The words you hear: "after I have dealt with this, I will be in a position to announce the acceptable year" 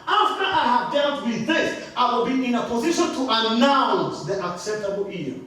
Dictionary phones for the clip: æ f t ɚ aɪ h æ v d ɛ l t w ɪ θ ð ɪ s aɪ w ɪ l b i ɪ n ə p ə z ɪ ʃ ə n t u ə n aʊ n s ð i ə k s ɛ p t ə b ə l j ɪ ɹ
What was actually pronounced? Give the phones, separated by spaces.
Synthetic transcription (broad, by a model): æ f t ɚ aɪ h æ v d ɛ l t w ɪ ð ɪ s aɪ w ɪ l b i ɪ n ə p ə z ɪ ʃ ə n t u ə n aʊ n s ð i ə k s ɛ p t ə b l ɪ